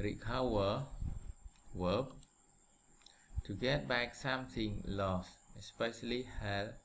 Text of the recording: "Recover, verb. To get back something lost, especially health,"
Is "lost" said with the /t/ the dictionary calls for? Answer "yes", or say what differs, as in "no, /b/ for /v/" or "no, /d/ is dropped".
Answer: no, /t/ is dropped